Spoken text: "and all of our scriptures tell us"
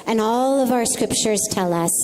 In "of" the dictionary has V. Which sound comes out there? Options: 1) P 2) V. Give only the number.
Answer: 2